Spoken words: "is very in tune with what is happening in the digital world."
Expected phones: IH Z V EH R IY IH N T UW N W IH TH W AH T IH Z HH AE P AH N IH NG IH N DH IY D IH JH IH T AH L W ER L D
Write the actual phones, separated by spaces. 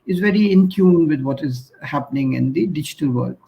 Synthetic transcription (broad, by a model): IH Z V EH R IY IH N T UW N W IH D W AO T IH Z HH AE P AH N IH NG IH N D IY D IH JH IH T AH L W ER L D